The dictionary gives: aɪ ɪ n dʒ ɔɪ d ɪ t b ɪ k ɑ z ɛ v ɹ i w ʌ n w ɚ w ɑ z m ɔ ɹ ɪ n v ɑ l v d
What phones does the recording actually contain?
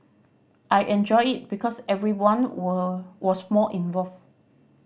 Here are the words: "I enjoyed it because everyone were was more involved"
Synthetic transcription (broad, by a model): aɪ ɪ n dʒ ɔɪ ɪ t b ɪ k ɑ s ɛ v ɹ i w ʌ n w w ɑ s m ɔ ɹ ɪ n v ɑ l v